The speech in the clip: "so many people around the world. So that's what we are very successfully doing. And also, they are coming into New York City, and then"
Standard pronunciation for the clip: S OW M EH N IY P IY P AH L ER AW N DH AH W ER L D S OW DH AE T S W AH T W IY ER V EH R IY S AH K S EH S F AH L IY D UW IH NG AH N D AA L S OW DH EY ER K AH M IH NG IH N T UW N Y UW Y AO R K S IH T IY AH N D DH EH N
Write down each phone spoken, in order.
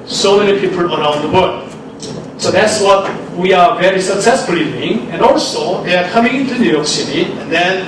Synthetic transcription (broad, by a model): S OW M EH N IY P IY P AH L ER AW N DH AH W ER D S OW DH AE T S W AH T W IY ER V EH R IY S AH K S EH S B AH L IY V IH NG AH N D AA L S OW DH EY ER K AH M IH NG IH N T UW N Y UW Y AO R K S IH T IY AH N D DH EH N